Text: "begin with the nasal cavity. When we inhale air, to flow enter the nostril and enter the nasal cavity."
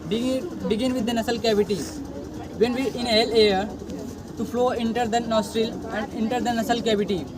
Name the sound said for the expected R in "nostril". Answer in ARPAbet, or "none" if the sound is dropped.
R